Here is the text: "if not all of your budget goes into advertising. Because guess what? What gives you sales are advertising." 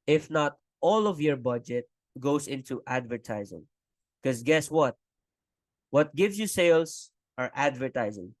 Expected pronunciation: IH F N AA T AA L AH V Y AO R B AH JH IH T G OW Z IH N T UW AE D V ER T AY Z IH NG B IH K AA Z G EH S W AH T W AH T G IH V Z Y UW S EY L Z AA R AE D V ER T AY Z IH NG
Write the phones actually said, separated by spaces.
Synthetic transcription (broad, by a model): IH F N AA T AA L AH V Y AO R B AH JH IH T G OW S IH N T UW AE D V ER T AY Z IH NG K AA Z G EH S W AH T W AH T G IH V S Y UW S EY L S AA R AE D V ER T AY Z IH NG